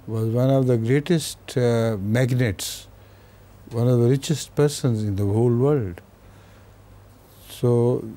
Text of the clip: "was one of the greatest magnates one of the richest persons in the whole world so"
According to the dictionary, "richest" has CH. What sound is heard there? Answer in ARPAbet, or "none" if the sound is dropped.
CH